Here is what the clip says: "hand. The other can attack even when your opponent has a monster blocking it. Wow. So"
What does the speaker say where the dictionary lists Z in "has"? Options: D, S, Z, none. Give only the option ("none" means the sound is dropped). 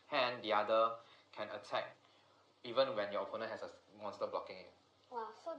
S